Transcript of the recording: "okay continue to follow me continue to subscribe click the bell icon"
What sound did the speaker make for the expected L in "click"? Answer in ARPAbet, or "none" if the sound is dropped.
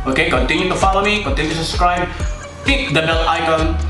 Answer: none